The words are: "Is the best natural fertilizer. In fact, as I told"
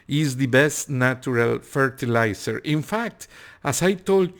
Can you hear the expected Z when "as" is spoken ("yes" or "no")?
no